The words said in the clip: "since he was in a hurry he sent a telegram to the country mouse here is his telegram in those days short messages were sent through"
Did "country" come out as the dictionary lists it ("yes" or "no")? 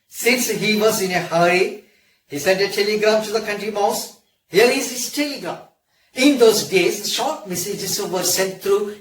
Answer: yes